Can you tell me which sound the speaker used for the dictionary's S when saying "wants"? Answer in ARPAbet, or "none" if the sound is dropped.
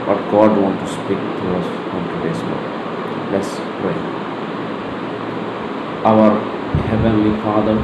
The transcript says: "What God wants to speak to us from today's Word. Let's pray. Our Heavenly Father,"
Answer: none